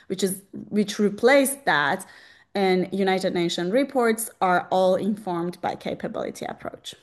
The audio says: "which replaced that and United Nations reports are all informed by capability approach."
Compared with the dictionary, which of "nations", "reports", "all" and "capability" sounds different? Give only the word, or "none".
nations